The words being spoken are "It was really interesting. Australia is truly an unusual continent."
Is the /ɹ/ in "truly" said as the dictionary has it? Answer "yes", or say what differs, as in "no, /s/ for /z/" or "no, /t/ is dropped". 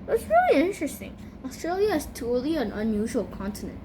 no, /ɹ/ is dropped